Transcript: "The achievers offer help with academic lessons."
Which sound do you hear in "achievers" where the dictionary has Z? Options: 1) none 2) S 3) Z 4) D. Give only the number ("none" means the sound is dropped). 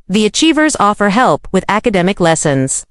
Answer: 3